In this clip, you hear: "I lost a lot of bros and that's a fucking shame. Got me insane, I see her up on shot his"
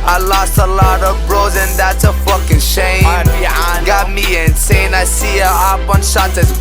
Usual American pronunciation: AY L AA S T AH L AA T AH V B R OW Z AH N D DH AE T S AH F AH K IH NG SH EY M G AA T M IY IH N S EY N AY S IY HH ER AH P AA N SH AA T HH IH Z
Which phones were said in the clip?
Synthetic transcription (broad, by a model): AY L AA S T AH L AA T AH V B R OW Z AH N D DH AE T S AH F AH K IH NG SH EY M G AA T M IY IH N S EY N AY S IY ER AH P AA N SH AA T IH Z